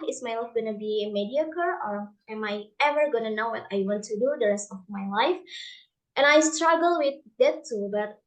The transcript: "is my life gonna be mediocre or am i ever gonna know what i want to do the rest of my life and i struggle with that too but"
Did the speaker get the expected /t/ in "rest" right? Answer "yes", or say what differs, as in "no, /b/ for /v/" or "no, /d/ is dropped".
yes